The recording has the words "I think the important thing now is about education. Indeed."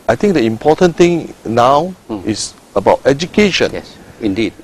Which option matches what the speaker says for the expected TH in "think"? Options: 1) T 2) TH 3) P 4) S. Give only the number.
1